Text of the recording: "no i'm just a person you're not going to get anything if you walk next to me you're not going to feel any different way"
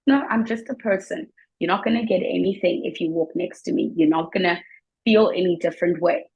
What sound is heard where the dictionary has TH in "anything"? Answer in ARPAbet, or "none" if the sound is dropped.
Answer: TH